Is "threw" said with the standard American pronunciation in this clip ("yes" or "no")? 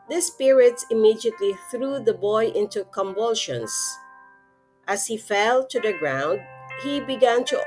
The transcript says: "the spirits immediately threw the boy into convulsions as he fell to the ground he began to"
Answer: yes